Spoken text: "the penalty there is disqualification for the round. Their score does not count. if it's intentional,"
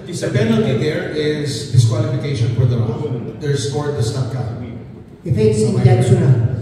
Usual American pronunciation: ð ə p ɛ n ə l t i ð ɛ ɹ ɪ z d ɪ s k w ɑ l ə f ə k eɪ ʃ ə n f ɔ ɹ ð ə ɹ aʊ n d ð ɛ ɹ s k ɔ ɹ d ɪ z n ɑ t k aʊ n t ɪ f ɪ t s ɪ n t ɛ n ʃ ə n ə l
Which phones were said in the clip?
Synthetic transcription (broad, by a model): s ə b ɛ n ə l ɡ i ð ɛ ɹ ɪ z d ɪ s k w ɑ l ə f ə k eɪ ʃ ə n f ɔ ɹ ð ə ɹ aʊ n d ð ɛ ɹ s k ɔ ɹ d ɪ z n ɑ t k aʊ t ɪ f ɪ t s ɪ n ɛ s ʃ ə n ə